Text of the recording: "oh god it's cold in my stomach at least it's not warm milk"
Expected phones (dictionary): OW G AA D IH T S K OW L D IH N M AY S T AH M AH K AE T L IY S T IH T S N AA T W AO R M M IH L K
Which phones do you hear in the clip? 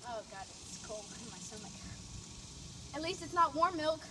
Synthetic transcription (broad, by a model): OW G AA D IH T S K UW L IH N M AY S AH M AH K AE T L IY S T IH T S N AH T W AO R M M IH L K